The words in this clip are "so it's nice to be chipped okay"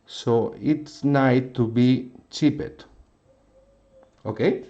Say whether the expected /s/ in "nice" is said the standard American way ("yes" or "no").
no